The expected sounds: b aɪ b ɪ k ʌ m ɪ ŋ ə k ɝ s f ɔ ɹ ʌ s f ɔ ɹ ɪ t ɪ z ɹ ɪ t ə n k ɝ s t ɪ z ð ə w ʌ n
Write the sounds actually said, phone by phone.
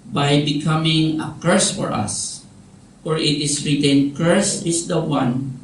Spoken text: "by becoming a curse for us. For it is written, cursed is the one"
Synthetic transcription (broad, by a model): b aɪ b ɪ k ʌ m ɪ ŋ ə k ɝ s f ɔ ɹ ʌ s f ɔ ɹ ɪ t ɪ s ɹ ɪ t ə n k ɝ s ɪ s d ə w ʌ n